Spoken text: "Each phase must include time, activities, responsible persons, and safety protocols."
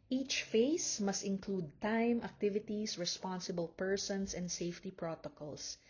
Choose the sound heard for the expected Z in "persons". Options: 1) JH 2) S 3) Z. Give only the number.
2